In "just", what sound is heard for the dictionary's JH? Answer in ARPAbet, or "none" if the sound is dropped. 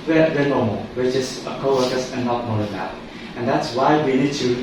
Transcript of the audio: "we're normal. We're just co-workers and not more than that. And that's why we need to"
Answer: CH